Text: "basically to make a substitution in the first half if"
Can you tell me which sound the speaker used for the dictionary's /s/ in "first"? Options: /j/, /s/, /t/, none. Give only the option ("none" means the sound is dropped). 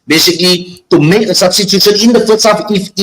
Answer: none